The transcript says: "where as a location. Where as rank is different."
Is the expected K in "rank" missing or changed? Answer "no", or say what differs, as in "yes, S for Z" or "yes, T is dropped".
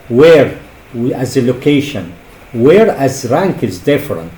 no